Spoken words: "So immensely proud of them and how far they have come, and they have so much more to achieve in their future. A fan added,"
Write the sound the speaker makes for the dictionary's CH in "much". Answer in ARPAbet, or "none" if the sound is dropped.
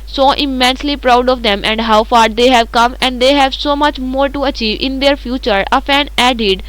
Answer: CH